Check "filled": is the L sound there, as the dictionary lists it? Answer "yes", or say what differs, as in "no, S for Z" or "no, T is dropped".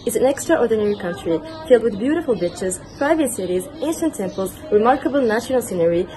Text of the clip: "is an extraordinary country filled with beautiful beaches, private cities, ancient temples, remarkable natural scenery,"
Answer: yes